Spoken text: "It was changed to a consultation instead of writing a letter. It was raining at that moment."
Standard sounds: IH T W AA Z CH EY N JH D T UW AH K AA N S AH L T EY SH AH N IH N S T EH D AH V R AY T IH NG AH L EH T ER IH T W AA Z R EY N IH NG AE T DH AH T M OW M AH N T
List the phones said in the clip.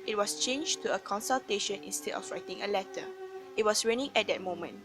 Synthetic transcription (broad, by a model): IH T W AA S CH EY N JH T UW AH K AA N S AH L T EY SH AH N IH N S T EH D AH F R AY T IH NG AH L EH T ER IH T W AA S R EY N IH NG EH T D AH T M OW M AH N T